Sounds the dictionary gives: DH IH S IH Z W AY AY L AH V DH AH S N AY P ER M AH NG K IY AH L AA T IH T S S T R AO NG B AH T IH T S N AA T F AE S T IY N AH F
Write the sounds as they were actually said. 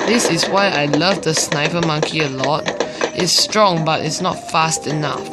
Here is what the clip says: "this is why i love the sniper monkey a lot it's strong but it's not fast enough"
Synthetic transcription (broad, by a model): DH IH S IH S W AY AY L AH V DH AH S N AY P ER M AH NG K IY AH L AA T T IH S T R AO NG B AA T IH T S N AA T F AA S T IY N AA F